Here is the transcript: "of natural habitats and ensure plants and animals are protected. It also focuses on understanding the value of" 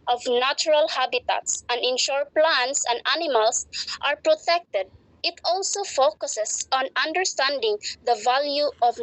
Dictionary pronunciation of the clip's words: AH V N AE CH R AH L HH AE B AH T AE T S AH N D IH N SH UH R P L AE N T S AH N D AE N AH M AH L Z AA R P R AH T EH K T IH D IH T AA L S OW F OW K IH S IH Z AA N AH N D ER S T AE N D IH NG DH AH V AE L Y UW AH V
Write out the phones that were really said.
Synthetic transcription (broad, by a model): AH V N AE CH R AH L HH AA B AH T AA T S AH N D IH N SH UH R P L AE N T S AH N D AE N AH M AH L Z AA R P R AH T EH K T IH D IH T AA L S OW F OW K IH S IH S AA N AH N D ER S T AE N D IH NG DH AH V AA L Y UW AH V